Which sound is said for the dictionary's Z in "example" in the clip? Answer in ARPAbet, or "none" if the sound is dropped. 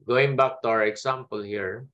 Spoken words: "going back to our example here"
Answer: S